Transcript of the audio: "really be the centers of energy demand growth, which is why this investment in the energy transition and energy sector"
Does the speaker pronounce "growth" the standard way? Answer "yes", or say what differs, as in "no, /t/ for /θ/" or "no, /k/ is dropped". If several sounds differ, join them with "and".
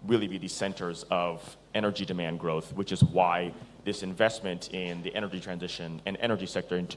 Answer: yes